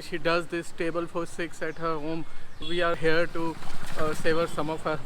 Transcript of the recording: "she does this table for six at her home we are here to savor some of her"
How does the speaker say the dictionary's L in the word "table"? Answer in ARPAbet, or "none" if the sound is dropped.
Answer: L